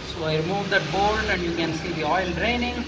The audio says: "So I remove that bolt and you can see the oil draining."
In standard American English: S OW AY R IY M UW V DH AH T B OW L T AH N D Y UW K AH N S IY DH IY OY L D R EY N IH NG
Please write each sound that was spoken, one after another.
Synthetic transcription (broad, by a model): S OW AY R IY M UW V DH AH T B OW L AH N D Y UW K AH N S IY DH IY OY L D R EY N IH NG